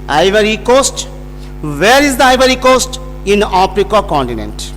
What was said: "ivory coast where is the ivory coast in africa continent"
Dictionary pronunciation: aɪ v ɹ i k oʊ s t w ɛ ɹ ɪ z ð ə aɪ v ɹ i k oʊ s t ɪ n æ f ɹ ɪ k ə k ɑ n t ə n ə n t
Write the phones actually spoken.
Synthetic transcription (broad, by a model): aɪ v ɹ i k oʊ s t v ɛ ɹ ɪ z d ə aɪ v ɹ i k oʊ s t ɪ n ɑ p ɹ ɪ k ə k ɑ n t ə n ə n t